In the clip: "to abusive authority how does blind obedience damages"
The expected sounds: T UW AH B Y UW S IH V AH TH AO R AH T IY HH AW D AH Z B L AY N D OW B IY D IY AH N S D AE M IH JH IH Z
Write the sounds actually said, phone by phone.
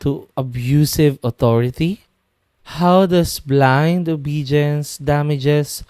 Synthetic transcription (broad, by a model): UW AH B Y UW S IH V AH T AO R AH T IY HH AW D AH S B L AY N D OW B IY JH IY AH N S D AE M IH JH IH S